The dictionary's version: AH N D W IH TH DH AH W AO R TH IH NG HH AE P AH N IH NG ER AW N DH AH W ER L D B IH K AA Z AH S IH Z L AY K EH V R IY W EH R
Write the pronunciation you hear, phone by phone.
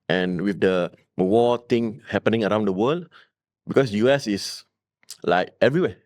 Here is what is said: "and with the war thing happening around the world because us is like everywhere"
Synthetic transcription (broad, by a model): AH N W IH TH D AH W AO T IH NG HH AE P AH N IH NG ER AW N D AH W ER L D B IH K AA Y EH S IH S L AY K EH V R IY W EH